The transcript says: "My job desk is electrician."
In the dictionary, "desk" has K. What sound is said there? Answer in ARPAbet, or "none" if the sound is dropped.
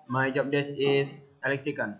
none